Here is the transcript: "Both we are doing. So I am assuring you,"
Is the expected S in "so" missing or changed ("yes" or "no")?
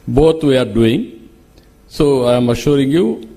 no